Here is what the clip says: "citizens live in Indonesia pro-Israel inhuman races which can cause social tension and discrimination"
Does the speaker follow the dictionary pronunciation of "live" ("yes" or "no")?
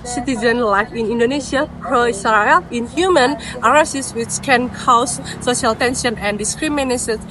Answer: no